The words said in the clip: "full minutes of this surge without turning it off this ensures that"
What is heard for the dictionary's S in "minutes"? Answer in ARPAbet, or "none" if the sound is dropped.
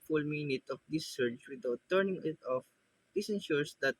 none